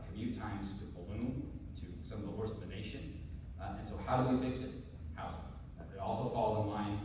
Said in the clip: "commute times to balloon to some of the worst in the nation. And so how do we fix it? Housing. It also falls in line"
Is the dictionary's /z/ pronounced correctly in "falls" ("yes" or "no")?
yes